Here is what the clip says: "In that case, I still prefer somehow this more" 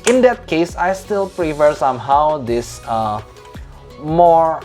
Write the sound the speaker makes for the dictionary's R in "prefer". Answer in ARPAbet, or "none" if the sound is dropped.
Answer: R